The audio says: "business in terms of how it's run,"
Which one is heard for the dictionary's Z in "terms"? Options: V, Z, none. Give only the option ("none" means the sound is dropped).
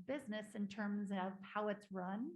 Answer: Z